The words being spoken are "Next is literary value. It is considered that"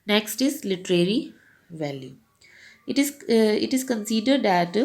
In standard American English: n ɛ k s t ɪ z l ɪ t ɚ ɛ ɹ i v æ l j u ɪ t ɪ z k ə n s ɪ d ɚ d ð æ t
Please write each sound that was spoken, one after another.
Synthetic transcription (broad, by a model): n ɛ k s t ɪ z l ɪ t ɚ ɛ ɹ i v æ l j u ɪ t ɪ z k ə n s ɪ d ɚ d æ t